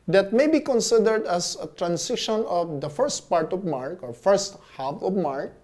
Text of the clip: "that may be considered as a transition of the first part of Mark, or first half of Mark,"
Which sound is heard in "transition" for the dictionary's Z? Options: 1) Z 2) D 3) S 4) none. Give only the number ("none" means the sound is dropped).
3